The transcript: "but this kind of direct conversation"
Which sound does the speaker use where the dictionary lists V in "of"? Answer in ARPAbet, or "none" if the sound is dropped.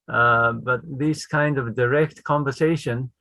V